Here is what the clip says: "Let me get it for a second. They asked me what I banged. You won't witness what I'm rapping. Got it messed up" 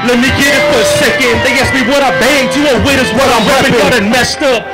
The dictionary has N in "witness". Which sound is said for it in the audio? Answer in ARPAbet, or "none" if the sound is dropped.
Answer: none